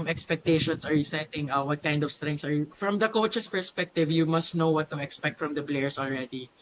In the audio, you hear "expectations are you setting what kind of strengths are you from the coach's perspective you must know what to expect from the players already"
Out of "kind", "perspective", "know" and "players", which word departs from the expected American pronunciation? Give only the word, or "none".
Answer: players